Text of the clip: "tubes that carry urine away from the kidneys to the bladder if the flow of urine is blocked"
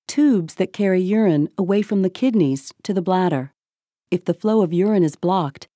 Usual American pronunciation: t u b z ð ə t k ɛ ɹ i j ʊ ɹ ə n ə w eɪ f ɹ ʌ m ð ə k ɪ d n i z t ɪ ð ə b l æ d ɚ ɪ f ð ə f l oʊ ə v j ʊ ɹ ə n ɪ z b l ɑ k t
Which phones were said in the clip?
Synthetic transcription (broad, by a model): t u b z ð ə t k ɛ ɹ i j ʊ ɹ ə n ə w eɪ f ɹ ʌ m ð ə k ɪ d n i z t ɪ ð ə b l æ d ɚ ɪ f ð ə f l oʊ ə v j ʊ ɹ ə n ɪ z b l ɑ k t